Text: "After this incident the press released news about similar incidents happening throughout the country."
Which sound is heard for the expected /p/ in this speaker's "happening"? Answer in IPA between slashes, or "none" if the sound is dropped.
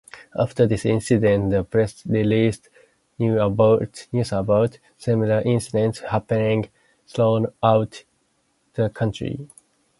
/p/